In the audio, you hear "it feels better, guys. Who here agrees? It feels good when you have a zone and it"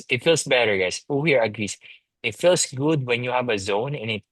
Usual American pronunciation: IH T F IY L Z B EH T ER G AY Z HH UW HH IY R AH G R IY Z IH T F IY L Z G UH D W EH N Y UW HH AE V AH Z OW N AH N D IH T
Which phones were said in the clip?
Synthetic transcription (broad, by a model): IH T F IY L S B EH T ER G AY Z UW HH IY R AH G R IY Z IH T F IY L S G UH D W EH N Y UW HH AE V AH Z OW N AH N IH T